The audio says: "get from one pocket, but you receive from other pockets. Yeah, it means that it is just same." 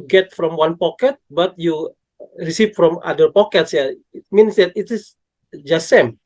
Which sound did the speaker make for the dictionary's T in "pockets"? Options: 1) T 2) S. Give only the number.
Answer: 1